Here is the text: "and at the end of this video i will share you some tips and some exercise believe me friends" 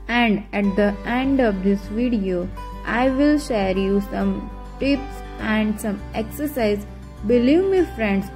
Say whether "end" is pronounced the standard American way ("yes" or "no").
yes